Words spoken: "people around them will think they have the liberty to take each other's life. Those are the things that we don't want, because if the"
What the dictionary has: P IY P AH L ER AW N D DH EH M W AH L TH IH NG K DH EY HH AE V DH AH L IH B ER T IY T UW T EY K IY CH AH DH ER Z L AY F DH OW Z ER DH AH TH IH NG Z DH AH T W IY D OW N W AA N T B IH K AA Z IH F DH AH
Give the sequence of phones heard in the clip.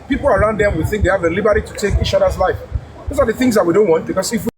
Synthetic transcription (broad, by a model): P IY P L ER AW N D DH EH M W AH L TH IH NG K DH EY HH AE V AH L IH B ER T IY T UW T EY K IY CH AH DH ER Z L AY F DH OW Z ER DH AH TH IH NG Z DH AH T W IY D OW N W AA N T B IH K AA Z IH F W